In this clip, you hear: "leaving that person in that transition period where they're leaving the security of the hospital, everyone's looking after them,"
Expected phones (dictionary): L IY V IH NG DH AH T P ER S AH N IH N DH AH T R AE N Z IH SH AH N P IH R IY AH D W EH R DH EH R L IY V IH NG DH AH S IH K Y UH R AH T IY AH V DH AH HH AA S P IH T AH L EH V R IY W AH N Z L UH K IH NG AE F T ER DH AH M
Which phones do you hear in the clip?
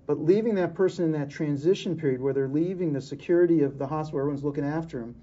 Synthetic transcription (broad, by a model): L IY V IH NG DH AH T P ER S AH N IH N DH AH T R AE N Z IH SH AH N P IH R IY AH D W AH R DH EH R L IY V IH NG DH AH S IH K Y UH R AH T IY AH V DH AH HH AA S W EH R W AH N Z L UH K IH NG AE F T ER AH M